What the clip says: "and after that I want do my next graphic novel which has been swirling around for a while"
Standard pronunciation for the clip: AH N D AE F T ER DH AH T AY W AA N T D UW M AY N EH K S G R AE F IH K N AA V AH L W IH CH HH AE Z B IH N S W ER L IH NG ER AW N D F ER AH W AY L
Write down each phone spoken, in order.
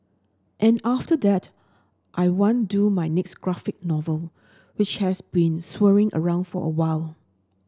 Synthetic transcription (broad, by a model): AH N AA F T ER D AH T AY W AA N D UW M AY N EH K S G R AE F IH K N AA V AH L W IH CH HH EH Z B IH N S W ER IH NG ER AW N D F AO AH W AY L